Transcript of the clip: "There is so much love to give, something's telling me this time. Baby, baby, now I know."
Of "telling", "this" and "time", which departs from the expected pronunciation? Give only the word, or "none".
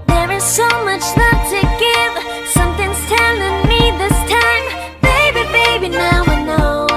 telling